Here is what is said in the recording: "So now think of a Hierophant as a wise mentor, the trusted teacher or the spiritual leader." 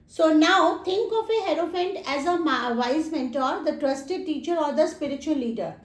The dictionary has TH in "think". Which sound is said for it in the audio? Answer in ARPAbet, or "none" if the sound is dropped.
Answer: T